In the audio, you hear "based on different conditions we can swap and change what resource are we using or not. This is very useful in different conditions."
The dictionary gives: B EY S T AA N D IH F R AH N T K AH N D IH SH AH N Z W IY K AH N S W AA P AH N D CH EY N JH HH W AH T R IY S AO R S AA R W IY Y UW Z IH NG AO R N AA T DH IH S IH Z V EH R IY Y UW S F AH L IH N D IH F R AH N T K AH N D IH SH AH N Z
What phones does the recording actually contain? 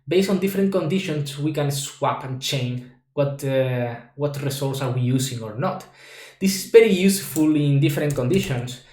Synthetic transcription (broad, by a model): B EY S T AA N D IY F R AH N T K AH N D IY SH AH N S W IY K AH N S W AA P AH N CH EY N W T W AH T R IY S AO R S AA R W IY Y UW S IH NG AO R N AA T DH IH S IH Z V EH R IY Y UW S F AH L IH N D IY F R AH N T K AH N D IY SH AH N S